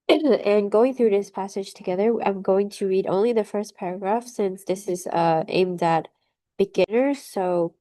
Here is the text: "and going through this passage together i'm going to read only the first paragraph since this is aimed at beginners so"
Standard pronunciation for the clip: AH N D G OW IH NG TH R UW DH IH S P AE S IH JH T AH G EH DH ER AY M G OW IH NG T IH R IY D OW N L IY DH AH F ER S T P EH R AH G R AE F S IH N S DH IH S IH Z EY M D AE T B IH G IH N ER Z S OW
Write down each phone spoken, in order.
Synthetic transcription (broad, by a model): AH N G OW IH NG TH R UW DH IH S P AE S IH JH T AH G EH DH ER AY M G OW IH NG T IH R IY D OW N L IY DH AH F ER S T P EH R AH G R AE F S IH N S DH IH S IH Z EY M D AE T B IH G IH N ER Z S OW